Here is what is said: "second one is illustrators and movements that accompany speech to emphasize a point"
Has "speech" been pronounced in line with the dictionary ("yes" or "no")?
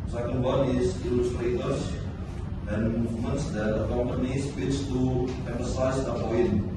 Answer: no